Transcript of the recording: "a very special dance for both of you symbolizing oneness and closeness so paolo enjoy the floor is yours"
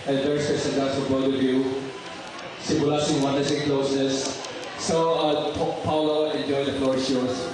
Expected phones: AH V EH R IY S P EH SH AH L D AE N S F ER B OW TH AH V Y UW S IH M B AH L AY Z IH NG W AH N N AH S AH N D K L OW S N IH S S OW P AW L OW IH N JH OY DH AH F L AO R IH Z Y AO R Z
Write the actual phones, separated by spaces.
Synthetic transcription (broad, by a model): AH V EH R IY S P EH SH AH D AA S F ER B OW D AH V Y UW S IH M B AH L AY S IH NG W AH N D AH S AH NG K L OW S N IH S S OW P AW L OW IH N JH OY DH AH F L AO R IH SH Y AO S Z